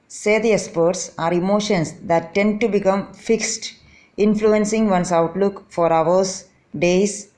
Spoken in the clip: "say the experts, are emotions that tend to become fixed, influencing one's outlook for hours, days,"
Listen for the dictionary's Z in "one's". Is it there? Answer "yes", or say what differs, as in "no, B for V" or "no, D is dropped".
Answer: no, S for Z